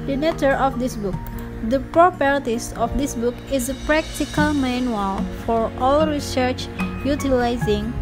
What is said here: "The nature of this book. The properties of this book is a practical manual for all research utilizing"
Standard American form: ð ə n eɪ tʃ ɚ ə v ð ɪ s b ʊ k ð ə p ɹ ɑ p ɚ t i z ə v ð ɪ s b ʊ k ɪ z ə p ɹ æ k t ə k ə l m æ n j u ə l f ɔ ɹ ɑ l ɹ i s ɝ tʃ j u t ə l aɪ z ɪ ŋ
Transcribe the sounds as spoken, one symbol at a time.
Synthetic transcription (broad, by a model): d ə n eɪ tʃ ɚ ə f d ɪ s b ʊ k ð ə p ɹ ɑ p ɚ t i s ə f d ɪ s b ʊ k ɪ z ə p ɹ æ k t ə k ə l m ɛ n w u l f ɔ ɹ ɑ l ɹ i s ɝ tʃ j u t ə l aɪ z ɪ ŋ